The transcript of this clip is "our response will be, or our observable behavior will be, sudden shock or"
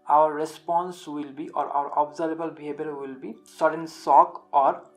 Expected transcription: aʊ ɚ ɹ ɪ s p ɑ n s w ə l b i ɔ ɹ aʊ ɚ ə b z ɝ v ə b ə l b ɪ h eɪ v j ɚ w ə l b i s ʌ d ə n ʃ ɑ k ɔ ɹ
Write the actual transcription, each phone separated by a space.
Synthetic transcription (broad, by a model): aʊ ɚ ɹ ɪ s p ɑ n s w ə l b i ɔ ɹ aʊ ɚ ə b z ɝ ə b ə l b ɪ h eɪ b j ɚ w ə l b i s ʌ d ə n s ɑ k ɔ ɹ